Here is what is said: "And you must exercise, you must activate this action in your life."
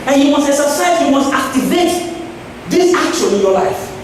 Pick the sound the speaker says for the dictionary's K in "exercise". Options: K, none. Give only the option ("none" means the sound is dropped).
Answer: none